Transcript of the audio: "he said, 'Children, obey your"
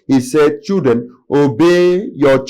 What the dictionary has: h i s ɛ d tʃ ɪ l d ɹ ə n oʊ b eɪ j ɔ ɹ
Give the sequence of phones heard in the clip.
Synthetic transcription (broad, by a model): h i s ɛ d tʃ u d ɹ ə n oʊ b eɪ j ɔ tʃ